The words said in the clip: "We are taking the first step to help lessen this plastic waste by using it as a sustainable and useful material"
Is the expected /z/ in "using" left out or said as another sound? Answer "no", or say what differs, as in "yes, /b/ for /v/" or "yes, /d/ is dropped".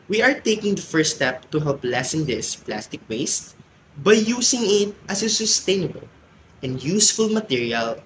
yes, /s/ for /z/